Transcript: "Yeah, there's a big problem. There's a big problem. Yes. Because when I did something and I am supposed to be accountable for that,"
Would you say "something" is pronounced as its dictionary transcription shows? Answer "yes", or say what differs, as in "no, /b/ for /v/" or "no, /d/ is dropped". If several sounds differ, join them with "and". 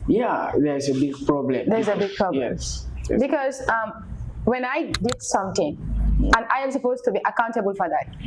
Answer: no, /t/ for /θ/